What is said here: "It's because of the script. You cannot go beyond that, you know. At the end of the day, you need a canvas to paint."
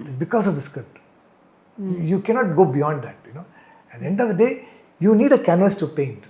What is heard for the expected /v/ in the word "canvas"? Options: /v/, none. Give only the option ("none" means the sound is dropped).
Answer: none